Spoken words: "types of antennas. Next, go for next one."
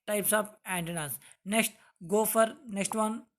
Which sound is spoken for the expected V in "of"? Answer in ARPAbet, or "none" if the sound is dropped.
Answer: P